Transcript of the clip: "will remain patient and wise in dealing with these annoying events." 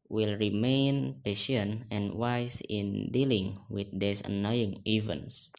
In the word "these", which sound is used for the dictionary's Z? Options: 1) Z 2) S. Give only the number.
2